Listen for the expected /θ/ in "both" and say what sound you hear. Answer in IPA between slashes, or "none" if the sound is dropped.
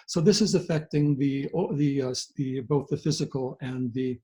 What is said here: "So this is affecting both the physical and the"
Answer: /θ/